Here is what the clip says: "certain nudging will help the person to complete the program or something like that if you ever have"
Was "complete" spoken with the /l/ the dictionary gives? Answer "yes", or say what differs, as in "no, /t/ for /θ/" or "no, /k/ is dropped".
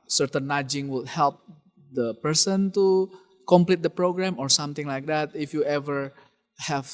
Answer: yes